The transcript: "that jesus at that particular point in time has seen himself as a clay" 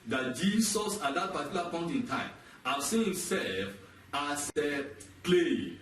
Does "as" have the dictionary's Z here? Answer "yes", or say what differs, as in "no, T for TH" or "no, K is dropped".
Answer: no, S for Z